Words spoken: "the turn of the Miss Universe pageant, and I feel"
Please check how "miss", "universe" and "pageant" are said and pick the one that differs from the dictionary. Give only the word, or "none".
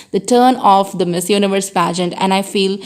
none